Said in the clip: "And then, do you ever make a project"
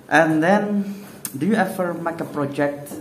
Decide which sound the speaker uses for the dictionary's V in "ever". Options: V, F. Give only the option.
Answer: F